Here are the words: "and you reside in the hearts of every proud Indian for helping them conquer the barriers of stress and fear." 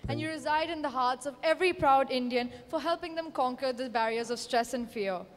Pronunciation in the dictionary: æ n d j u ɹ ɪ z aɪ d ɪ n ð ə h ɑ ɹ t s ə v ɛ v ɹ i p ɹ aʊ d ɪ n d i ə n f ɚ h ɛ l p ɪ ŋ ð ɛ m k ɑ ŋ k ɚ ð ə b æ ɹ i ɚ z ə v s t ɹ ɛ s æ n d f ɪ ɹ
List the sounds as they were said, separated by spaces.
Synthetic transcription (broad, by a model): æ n j u ɹ ɪ z aɪ d ɪ n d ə h ɑ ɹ t s ə v ɛ v ɹ i p ɹ aʊ d ɪ n d i ə n f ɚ h ɛ l p ɪ ŋ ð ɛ m k ɑ ŋ k ɚ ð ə b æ ɹ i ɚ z ə v s t ɹ ɛ s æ n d f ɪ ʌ